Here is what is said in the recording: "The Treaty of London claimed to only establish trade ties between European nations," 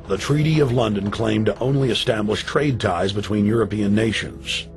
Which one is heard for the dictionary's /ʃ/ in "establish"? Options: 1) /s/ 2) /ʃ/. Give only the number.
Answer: 2